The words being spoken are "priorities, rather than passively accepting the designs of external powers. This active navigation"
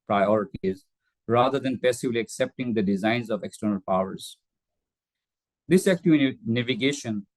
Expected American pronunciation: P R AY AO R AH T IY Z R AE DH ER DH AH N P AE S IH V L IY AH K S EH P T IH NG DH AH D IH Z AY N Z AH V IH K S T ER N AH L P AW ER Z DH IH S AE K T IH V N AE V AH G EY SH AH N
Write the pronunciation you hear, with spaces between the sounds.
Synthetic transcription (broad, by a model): P R AY AO R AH T IY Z R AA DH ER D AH N P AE S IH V L IY AH K S EH P T IH NG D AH D IH Z AY N Z AH V IH K S T ER N AH L P AW ER Z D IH S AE K T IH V N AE V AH G EY SH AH N